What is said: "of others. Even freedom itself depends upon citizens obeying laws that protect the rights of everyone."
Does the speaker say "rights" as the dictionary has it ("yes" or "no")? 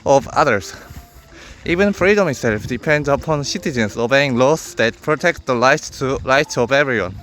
no